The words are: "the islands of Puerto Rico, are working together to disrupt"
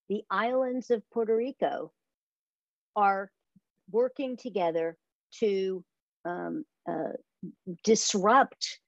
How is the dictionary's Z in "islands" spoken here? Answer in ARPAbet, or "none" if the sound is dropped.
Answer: Z